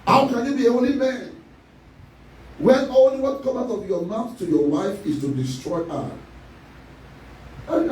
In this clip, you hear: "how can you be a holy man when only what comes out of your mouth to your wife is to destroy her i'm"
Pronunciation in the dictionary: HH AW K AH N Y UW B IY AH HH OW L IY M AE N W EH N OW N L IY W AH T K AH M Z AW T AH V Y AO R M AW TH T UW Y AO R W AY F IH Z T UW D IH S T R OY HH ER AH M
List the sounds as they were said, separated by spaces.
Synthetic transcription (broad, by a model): HH AW K AH N Y UW B IY AH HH OW L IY M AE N W EH N OW N L IY W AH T K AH M AW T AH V Y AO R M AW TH T UW Y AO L AY F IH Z T UW D IH S T R OY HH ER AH